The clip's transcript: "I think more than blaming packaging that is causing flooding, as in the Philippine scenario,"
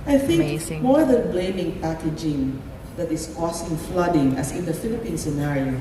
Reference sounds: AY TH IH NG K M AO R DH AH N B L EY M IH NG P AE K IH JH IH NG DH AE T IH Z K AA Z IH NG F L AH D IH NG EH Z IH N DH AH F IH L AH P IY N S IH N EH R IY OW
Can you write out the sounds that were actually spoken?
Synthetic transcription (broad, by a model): AY TH IH NG K M AO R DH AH N B L EY M IH NG P AE K IH JH IH NG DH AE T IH S K AA S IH NG F L AH D IH NG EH S IH N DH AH F IH L AH P IY N S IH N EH R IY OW